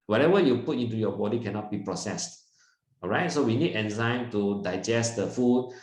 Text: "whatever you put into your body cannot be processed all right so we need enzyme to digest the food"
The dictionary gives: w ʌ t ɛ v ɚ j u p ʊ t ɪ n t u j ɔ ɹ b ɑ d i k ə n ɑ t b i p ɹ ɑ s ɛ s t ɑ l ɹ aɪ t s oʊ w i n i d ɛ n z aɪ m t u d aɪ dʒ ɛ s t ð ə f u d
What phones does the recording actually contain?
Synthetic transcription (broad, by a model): w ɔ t ɛ v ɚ j u p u t ɪ n t u j ɔ b ɑ d i k ə n ɑ t b i p ɹ ɑ s ɛ s t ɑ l ɹ aɪ t s oʊ w i n i d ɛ n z aɪ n t u d aɪ dʒ ɛ s t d ə f u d